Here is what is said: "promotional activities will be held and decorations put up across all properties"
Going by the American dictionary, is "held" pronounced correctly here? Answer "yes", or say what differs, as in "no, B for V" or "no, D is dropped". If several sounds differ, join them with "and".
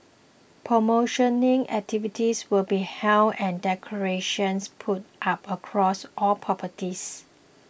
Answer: no, D is dropped